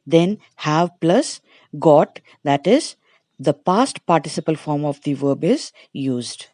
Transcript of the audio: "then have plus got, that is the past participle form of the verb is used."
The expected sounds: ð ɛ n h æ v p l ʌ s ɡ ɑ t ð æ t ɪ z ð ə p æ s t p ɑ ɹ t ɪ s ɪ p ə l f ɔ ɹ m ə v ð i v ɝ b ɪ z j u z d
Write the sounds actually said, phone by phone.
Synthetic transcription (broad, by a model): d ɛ n h æ v p l ʌ s ɡ ɑ t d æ t ɪ z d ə p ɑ s t p ɑ ɹ t ɪ s ɪ p ə l f ɔ ɹ m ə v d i v ɝ b ɪ z j u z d